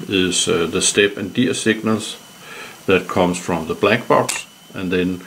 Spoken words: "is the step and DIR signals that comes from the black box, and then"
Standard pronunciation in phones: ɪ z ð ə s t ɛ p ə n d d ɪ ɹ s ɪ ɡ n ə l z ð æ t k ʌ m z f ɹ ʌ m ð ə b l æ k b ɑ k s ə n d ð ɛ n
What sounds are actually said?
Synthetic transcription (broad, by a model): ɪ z ð ə s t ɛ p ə n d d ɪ s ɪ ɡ n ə l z ð æ t k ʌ m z f ɹ ʌ m ð ə b l æ k b ɑ k s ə n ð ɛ n